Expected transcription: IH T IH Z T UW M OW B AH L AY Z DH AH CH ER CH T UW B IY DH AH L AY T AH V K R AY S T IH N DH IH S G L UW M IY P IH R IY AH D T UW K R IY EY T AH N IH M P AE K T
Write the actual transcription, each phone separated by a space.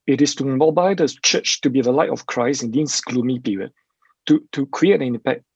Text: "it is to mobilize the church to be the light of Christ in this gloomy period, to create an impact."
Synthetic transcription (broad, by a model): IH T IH S T UW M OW B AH IH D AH CH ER CH T UW B IY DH AH L AY T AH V K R AY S IH N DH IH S G L UW M IY P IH R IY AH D T UW K R IY EY T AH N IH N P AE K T